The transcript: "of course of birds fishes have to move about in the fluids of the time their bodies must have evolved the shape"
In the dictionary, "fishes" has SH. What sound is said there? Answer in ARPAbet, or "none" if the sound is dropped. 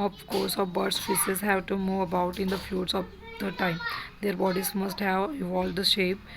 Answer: S